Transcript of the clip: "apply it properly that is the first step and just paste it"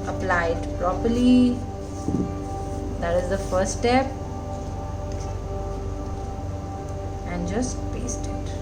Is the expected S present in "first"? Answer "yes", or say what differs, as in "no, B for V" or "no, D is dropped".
no, S is dropped